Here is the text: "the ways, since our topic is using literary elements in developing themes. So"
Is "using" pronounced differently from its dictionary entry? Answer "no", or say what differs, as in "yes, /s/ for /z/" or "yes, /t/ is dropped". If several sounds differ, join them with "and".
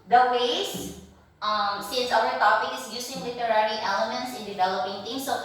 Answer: yes, /s/ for /z/